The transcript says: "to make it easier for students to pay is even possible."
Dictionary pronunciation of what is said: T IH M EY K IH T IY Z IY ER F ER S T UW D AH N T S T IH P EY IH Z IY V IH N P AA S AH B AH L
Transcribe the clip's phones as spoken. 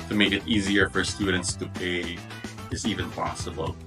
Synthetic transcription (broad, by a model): T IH M EY K IH T IY Z IY ER F ER S T UW D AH N T S T IH P EY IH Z IY V IH N P AA S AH B L